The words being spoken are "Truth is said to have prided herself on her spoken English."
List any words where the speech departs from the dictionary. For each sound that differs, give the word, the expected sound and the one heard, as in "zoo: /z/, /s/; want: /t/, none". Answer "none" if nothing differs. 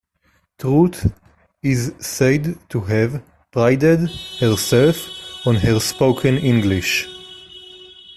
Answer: truth: /θ/, /t/